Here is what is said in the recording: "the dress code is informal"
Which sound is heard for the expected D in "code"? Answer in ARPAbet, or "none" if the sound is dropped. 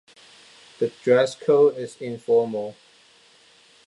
none